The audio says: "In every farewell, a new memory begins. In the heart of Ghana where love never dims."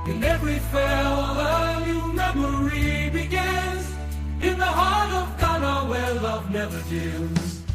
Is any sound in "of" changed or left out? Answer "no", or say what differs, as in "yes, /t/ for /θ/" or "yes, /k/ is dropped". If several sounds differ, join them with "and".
no